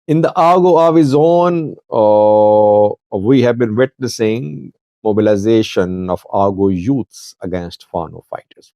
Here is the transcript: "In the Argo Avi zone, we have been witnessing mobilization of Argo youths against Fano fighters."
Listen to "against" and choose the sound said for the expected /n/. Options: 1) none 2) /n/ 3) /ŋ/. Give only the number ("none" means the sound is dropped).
2